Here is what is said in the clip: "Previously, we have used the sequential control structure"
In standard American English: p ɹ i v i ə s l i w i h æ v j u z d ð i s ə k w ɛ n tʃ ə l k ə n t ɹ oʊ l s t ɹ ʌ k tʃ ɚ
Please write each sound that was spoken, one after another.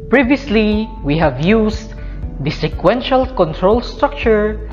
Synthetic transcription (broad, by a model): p ɹ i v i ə s l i w i h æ v j u s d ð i s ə k w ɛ n ʃ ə l k ə n t ɹ oʊ l s t ɹ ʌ k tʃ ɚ